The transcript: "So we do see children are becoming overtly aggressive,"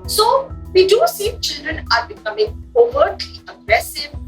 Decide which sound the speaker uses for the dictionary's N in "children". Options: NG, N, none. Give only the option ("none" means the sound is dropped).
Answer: N